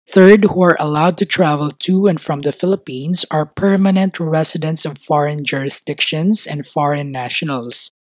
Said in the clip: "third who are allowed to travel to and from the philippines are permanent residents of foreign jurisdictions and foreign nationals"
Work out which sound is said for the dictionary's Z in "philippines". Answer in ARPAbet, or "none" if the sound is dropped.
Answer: S